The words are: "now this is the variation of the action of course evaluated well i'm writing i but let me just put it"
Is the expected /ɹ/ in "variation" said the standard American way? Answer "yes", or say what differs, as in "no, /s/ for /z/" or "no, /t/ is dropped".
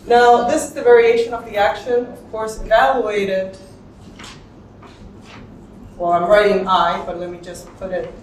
yes